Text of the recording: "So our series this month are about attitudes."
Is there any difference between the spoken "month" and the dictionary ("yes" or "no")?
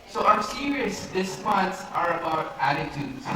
yes